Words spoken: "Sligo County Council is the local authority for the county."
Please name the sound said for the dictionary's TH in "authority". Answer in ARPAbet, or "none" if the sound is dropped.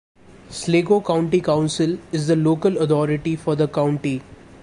T